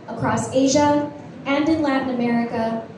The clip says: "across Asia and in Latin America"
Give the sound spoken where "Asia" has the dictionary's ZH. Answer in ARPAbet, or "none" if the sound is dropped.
ZH